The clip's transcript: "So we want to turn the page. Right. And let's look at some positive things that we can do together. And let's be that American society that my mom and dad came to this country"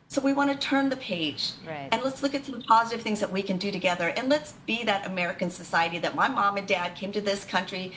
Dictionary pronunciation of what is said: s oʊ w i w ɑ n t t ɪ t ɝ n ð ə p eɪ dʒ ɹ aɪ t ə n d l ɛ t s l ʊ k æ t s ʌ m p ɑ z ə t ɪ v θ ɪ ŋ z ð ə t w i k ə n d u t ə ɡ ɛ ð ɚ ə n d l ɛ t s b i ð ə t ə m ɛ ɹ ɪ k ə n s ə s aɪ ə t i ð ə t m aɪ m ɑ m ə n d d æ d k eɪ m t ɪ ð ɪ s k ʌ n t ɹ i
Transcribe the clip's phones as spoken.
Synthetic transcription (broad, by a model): s oʊ w i w ɑ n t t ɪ t ɝ n ð ə p eɪ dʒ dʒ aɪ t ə n l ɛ t s l ʊ k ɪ t s ʌ m p ɑ z ə t ɪ v θ ɪ ŋ z ð ə t w i k ə n d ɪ t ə ɡ ɛ ð ɚ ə n l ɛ t s b i ð ə t ə m ɛ ɹ ɪ k ə n s ə s aɪ ə t i ð ə t m aɪ m ɑ m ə n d d æ d k eɪ m t ɪ ð ɪ s k ʌ n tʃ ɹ i